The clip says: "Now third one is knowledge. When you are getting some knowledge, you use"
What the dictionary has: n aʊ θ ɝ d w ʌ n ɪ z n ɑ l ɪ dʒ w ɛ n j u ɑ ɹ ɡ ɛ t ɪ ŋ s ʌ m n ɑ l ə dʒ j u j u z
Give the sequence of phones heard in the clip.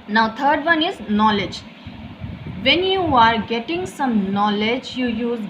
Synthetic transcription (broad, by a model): n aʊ t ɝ d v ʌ n ɪ z n ɑ l ɪ dʒ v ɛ n j u ɑ ɹ ɡ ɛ t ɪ ŋ s ʌ m n ɑ l ə dʒ j u j u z